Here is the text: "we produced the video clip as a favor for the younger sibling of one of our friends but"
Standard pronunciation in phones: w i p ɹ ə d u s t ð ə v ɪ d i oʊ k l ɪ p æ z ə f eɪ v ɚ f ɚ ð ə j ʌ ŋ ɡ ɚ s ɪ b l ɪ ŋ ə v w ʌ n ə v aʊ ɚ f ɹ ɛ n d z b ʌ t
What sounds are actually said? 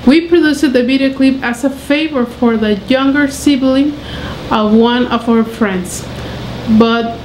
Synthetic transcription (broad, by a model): w i p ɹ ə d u s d ð ə b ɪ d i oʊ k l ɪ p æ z ə f eɪ v ɚ f ɚ ð ə j ʌ ŋ ɡ ɚ s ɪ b l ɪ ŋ ə v w ʌ n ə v aʊ ɚ f ɹ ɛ n d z b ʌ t